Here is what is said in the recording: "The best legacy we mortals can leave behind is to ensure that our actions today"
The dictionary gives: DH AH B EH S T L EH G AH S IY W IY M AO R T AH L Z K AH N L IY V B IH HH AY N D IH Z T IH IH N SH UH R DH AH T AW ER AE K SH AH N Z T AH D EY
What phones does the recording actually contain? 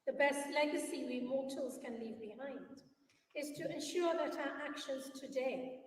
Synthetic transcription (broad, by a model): DH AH B EH S T L EH G AH S IY W IY M AO R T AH L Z K AH N L IY V B IH HH AY N D IH Z T IH IH N SH UH R DH AH T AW ER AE K SH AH N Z T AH D EY